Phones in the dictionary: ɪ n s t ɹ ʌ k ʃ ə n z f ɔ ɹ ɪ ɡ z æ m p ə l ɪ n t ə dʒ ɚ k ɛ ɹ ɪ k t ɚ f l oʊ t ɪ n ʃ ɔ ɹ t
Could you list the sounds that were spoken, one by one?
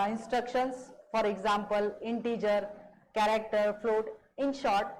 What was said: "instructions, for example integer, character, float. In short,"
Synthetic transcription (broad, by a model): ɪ n s t ɹ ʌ k ʃ ə n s f ɔ ɹ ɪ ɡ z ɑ m p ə l ɪ n t ə dʒ ɚ k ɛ ɹ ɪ k t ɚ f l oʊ t ɪ n ʃ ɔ ɹ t